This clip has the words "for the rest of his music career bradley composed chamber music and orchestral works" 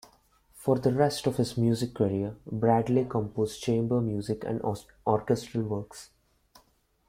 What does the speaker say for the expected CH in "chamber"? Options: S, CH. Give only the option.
CH